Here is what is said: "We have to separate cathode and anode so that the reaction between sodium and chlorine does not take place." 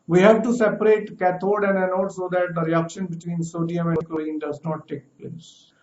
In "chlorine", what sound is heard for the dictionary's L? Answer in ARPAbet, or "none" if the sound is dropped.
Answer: none